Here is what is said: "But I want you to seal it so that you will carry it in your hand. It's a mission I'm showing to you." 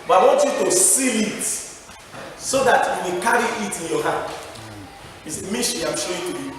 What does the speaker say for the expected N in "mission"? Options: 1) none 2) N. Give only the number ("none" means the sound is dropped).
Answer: 1